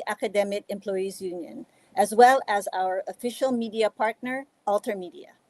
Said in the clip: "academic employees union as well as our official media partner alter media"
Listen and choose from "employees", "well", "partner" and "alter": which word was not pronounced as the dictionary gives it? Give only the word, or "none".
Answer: none